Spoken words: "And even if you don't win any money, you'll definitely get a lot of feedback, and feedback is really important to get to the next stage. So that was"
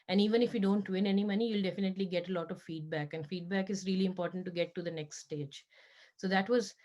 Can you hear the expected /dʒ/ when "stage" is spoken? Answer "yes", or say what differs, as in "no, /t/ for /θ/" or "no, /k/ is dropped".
yes